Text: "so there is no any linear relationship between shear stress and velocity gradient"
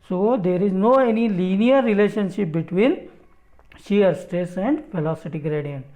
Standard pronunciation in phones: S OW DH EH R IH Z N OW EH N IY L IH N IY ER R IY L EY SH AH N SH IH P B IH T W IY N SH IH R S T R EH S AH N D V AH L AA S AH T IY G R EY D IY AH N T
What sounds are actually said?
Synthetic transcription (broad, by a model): S OW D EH R IH Z N OW EH N IY L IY N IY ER R IY L EY SH AH N SH IH P B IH T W IY N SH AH R S T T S AH N D F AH L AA S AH T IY G R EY D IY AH N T